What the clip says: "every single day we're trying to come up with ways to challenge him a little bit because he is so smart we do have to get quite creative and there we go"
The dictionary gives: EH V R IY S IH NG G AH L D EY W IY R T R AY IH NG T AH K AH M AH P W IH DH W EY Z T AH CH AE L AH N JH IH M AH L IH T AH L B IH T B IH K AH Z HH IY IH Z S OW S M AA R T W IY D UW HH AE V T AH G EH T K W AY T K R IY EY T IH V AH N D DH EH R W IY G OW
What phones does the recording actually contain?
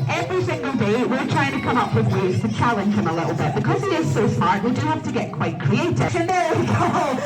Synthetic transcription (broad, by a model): EH V R IY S IH NG G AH L D EY W IY R T R AY IH NG T AH K AH M AH P W IH DH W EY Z T AH CH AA L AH N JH IH M AH L IH T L B IH T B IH K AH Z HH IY IH Z S OW S M AA R T W IY D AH HH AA F T AH G EH T K W AY T K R IY EY T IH AH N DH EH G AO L